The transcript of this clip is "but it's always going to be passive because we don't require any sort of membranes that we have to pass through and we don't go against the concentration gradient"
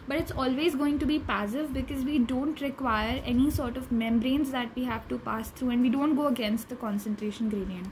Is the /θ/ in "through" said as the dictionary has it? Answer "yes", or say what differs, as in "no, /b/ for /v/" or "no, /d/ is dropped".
no, /t/ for /θ/